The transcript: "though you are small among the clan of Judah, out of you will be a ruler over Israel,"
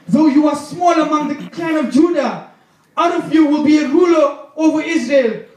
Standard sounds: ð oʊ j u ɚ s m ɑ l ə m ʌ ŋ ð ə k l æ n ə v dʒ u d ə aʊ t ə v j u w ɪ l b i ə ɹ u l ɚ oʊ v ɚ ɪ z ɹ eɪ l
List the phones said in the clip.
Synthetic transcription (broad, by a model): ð oʊ j u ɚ s m ɑ l ə m ʌ ŋ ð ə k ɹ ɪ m ə v dʒ u d ə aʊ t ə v j u w ɪ l b i ə ɹ u l ɚ oʊ v ɚ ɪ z ɹ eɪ l